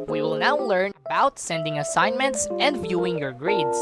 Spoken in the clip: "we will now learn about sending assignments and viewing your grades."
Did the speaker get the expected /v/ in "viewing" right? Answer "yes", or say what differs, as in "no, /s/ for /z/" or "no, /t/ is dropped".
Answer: yes